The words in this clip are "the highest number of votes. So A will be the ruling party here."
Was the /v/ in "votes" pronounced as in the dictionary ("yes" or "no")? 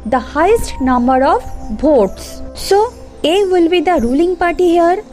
no